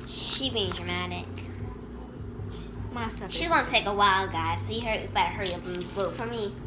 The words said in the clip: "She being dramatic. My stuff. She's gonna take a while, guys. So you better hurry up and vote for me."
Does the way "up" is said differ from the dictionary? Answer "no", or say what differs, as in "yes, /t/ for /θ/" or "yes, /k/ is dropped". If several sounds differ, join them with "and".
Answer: yes, /b/ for /p/